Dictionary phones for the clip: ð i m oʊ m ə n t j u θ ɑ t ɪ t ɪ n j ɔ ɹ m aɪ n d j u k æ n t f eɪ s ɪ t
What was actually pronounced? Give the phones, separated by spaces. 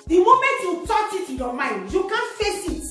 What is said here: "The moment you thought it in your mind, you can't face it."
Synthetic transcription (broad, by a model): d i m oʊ m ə n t j u t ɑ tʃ ɪ t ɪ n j ɔ m aɪ n d j u k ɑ n f eɪ s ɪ t